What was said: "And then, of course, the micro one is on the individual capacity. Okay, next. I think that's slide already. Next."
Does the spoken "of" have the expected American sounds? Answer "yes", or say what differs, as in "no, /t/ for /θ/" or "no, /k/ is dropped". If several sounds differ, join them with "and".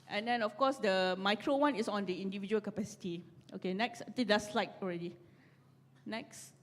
no, /f/ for /v/